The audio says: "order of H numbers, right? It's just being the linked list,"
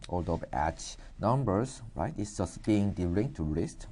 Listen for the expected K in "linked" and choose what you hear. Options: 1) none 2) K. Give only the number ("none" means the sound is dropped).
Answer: 1